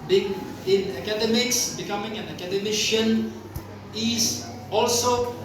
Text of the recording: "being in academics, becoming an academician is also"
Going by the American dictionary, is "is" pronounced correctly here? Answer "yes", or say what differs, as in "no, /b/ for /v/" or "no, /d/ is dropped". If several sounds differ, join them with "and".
no, /s/ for /z/